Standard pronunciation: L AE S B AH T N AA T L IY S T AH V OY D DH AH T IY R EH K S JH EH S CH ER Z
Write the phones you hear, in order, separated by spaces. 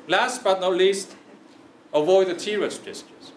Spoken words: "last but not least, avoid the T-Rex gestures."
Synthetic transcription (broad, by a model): L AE S B AH T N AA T L IY S T AH V OY D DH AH T IY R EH S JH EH S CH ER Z